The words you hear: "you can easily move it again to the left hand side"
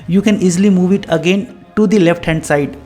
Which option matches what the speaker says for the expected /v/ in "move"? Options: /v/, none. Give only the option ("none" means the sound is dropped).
/v/